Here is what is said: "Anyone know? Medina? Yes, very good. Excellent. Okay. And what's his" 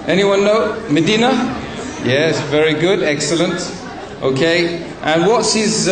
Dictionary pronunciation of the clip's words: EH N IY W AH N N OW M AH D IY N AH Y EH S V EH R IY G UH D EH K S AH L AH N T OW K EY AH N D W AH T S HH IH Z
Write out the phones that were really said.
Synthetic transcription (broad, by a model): EH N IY W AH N N OW M AH D IY N AH Y EH S V EH R IY G UH D EH K S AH L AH N T OW K EY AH N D W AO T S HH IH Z